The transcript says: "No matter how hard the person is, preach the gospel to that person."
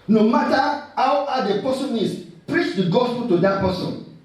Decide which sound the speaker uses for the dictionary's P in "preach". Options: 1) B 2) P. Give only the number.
2